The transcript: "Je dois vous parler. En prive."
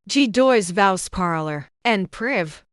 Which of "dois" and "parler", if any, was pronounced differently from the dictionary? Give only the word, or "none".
none